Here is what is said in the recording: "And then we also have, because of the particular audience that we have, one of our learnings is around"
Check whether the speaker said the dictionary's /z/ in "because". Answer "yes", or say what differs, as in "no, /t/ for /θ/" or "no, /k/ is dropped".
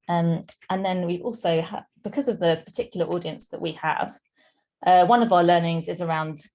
yes